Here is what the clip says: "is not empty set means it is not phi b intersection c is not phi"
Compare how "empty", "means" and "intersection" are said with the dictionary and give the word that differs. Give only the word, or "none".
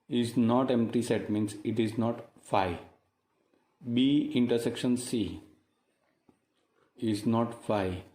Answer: means